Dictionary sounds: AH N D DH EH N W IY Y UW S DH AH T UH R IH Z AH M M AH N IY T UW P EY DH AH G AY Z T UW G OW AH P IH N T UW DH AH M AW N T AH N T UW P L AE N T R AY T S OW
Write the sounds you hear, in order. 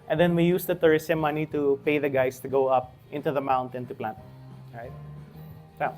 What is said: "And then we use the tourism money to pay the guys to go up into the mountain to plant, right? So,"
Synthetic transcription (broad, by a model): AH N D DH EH N W IY Y UW S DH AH T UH R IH S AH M M AH N IY T UW P EY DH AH G AY S T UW G OW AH P IH N T UW DH AH M AW N T AH N T UW P L AE N T R AY T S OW